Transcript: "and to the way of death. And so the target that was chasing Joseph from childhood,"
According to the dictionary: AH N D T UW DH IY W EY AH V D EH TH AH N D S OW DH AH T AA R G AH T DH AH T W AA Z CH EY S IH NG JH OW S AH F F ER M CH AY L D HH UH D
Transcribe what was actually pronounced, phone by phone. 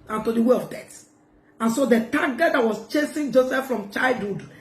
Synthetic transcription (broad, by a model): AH N T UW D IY W EY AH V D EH T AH N S OW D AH T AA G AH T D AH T W AA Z CH EY S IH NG JH OW S AH F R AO M CH AY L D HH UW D